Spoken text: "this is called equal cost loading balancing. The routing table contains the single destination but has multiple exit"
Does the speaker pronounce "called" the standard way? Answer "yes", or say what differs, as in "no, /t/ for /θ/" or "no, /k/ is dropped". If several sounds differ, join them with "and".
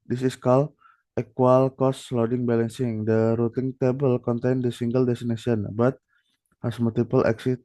no, /d/ is dropped